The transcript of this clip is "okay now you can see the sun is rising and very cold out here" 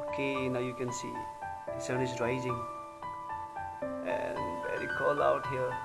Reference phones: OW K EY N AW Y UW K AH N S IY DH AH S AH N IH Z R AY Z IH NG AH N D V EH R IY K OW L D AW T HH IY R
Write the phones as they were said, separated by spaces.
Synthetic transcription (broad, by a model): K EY N AW Y UW K AH N S IY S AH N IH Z R AY Z IH NG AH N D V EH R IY K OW L AW T HH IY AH